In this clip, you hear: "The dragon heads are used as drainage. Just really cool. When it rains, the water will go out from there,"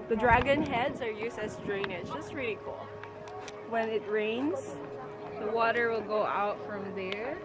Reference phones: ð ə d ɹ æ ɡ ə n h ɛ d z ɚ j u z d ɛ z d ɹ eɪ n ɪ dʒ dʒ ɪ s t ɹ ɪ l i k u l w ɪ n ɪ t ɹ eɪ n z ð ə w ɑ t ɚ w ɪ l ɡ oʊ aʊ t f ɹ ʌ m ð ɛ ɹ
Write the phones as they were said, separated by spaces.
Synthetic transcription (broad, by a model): ð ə d ɹ æ ɡ ə n h ɛ d z ɚ j u z d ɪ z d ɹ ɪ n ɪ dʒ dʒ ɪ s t ɹ ɪ l i k u l w ɪ n ɪ t ɹ eɪ n z ð ə w ɑ t ɚ w ɪ l ɡ oʊ aʊ t f ɹ ʌ m ð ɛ ɹ